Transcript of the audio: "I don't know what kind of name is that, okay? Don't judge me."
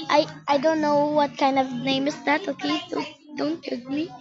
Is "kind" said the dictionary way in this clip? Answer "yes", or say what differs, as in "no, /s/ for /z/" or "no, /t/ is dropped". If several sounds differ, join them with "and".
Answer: yes